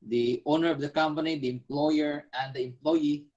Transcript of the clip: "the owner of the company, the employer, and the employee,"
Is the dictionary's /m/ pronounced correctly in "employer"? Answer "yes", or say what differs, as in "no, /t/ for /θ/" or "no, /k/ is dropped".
yes